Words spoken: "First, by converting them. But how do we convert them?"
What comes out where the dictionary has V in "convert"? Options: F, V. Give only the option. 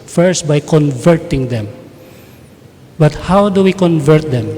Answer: V